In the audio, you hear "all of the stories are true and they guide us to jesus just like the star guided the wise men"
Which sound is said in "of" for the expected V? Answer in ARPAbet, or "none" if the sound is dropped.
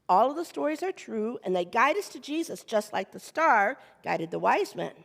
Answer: V